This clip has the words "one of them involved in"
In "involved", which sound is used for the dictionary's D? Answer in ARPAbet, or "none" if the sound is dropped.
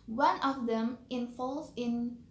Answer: none